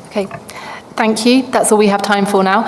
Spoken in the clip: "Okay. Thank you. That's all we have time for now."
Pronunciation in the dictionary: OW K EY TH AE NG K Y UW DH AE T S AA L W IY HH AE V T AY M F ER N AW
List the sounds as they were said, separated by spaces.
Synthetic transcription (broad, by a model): OW K EY TH AE NG K Y UW DH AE T S AA L W IY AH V T AY M F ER N AW